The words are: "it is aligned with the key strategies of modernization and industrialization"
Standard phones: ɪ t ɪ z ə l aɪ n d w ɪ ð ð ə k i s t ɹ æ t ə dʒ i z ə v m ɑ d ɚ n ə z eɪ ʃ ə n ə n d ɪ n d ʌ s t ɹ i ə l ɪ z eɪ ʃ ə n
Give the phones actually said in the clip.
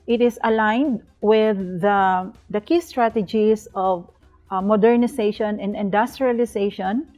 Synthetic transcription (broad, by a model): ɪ t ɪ s ə l aɪ n d w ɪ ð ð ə k i s t ɹ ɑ t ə dʒ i s ə v m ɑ d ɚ n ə s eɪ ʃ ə n ə n d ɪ n d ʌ s t ɹ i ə l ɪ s eɪ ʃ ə n